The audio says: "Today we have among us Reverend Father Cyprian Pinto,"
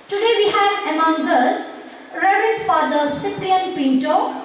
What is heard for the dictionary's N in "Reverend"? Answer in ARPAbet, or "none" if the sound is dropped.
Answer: none